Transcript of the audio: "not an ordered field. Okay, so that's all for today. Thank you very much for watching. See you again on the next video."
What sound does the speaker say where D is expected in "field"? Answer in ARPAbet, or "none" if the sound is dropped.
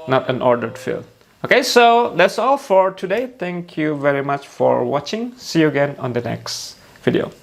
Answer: none